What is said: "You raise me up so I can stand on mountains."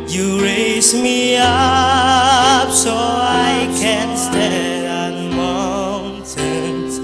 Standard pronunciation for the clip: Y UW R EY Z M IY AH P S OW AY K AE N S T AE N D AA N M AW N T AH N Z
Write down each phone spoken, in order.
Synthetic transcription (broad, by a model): Y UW R EY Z M IY AH P S OW AY K AE N S T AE D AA N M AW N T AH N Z